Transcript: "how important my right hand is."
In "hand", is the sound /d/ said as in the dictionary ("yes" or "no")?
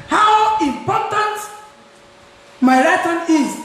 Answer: no